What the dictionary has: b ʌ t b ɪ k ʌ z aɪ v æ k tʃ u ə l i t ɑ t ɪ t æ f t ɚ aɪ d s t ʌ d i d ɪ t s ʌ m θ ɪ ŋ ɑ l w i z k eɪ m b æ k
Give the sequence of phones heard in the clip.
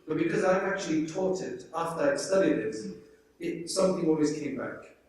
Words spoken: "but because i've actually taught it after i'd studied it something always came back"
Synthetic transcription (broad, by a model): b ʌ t b ɪ k ʌ z aɪ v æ k tʃ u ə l i t ɑ t ɪ t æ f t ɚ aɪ s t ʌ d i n ɪ t s ʌ m θ ɪ ŋ ɑ l w i z k eɪ m b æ k